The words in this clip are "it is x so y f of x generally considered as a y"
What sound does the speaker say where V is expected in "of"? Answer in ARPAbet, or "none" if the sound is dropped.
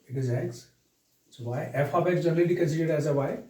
B